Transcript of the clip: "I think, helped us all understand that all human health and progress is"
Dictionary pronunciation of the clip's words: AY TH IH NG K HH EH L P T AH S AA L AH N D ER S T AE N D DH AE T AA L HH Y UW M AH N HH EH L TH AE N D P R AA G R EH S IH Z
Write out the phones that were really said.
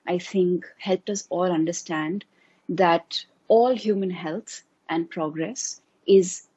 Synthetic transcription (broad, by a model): AY T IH NG K HH EH L P T AH S AA L AH N D ER S T AE N D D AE T AA L HH Y UW M AH N HH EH L T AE N D P R AA G R EH S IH Z